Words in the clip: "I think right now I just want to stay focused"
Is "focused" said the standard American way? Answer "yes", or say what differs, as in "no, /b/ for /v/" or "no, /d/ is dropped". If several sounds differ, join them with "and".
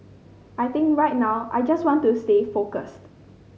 yes